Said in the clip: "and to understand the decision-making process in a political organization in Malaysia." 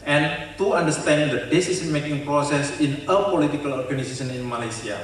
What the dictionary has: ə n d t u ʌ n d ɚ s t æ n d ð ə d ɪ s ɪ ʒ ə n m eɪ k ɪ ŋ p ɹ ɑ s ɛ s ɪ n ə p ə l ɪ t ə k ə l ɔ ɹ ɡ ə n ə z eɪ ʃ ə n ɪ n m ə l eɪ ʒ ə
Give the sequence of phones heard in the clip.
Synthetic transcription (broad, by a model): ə n t u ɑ n d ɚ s t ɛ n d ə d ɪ s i s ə n m eɪ k ɪ ŋ p ɹ ɑ s ɛ s ɪ n ə p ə l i t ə k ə l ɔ ɹ ɡ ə n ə s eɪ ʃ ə n ɪ n m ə l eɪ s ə